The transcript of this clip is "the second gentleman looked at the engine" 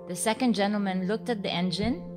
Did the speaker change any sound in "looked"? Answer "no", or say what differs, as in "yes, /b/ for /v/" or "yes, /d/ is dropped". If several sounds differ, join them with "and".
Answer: no